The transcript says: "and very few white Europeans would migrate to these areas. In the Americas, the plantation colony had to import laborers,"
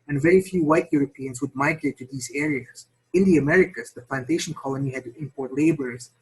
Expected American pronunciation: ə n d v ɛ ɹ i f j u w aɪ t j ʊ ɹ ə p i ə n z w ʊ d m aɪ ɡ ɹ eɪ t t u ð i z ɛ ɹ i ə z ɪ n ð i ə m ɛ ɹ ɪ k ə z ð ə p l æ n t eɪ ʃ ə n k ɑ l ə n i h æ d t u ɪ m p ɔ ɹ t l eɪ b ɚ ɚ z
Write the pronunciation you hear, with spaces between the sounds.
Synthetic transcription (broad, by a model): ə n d v ɛ ɹ i f j u w aɪ t j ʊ ɹ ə p i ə n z w ʊ d m aɪ ɡ ɹ eɪ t t u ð i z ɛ ɹ i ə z ɪ n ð i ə m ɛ ɹ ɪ k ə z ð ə p l æ n t eɪ ʃ ə n k ɑ l ə n i h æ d t u ɪ m p ɔ ɹ t l eɪ b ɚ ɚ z